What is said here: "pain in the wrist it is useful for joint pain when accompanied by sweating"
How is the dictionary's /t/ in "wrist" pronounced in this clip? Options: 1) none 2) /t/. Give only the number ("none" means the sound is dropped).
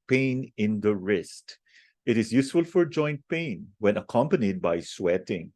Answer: 2